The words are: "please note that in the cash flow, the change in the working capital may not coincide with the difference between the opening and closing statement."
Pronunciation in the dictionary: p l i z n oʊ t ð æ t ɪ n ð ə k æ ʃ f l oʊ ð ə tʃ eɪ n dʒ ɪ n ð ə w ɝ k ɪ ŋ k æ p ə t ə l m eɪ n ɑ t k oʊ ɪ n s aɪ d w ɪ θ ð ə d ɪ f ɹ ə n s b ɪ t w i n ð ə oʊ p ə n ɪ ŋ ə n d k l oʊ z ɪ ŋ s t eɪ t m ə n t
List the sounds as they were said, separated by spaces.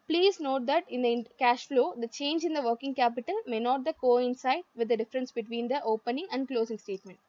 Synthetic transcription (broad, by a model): p l i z n oʊ t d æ t ɪ n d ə k æ ʃ f l oʊ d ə tʃ eɪ n dʒ ɪ n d ə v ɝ k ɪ ŋ k æ p ə t ə l m eɪ n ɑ t k oʊ ɪ n s aɪ d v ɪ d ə d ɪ f ɹ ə n s b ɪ t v i n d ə oʊ p ə n ɪ ŋ ə n d k l oʊ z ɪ ŋ s t eɪ t m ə n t